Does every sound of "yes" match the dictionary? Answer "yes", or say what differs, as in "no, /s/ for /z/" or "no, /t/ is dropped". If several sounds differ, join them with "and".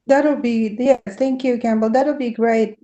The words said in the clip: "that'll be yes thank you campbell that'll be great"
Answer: no, /s/ is dropped